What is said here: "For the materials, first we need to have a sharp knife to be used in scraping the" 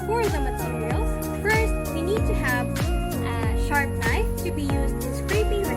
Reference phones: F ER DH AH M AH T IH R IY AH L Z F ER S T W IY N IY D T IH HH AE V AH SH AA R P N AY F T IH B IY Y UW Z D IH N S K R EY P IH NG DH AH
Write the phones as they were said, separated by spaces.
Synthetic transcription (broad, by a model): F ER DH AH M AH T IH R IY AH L F ER S T W IY N IY D T IH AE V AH SH AA R P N AY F T IH B IY Y UW Z D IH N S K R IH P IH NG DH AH